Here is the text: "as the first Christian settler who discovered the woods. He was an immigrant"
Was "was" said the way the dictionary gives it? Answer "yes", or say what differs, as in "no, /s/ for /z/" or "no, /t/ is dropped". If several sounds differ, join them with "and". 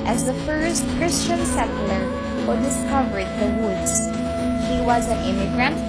yes